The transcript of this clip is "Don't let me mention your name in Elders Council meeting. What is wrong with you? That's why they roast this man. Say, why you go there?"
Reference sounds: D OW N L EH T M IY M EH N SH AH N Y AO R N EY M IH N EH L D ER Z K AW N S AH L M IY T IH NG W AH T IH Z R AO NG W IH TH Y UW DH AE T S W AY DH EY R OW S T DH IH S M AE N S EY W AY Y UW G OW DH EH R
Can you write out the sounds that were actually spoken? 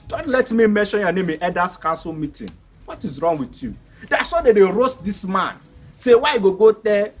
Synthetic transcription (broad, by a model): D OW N L EH T M IY M EH N SH AH N Y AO N EY M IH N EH D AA S K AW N S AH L M IY T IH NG W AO T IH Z R AO NG W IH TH Y UW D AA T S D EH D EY R OW S T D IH S M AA N S EY W AY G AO G OW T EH